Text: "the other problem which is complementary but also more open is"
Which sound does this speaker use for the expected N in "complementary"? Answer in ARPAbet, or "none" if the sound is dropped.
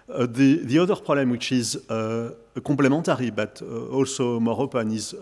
none